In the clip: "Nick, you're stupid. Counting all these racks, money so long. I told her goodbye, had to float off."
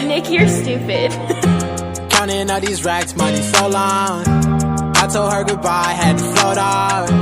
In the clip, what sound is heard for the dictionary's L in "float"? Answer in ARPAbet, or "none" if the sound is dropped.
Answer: none